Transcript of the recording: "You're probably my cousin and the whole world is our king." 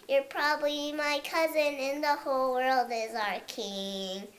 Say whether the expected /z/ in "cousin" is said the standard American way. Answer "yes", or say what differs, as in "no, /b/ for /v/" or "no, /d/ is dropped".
yes